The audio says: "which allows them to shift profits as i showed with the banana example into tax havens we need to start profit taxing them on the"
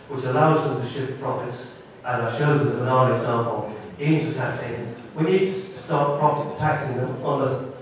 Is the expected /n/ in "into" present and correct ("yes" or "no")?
yes